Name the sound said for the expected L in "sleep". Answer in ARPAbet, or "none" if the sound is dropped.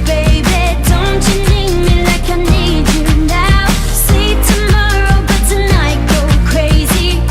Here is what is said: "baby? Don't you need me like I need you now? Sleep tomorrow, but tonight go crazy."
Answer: none